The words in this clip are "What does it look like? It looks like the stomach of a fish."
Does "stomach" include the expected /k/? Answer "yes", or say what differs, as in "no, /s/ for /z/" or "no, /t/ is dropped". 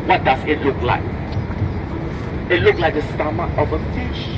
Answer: no, /k/ is dropped